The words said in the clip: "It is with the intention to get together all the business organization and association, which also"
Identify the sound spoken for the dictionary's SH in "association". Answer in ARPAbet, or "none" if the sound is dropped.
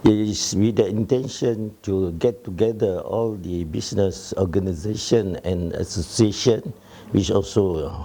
SH